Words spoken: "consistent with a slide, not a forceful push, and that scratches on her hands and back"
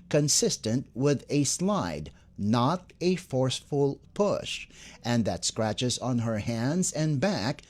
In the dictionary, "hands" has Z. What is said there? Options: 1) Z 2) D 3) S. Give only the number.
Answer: 1